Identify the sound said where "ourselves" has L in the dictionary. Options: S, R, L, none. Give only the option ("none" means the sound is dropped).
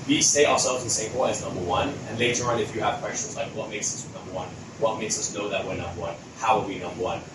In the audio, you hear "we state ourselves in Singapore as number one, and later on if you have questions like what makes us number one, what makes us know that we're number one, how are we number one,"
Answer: none